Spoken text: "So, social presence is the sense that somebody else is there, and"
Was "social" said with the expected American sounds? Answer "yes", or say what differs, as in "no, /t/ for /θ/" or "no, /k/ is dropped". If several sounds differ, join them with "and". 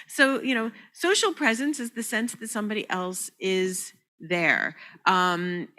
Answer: no, /s/ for /ʃ/